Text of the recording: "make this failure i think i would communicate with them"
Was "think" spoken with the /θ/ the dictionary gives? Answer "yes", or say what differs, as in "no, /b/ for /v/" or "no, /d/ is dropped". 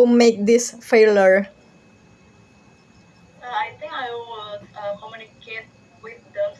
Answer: no, /t/ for /θ/